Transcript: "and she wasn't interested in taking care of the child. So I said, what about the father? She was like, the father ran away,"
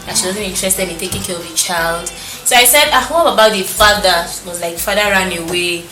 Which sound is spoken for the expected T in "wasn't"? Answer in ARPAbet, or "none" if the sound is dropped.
none